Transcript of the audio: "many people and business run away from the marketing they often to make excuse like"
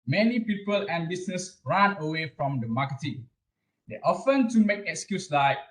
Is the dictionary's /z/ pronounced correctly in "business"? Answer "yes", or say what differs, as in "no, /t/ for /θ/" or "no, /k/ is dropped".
no, /s/ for /z/